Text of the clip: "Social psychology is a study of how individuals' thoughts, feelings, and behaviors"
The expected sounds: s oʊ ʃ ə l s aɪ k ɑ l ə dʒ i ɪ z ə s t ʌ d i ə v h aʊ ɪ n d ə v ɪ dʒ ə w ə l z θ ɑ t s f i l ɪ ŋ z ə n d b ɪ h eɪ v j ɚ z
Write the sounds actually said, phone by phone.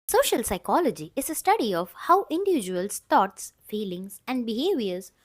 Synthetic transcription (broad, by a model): s oʊ ʃ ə l s aɪ k ɑ l ə dʒ i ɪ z ə s t ʌ d i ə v h aʊ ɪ n d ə v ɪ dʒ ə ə l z t ɑ t s f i l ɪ ŋ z ə n d b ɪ h eɪ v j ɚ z